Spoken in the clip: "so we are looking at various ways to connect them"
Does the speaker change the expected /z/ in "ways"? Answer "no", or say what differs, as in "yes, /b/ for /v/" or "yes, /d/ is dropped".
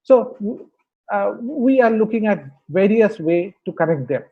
yes, /z/ is dropped